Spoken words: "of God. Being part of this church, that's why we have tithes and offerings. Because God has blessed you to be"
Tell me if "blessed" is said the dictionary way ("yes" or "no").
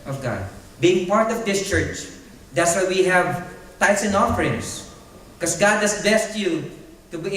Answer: no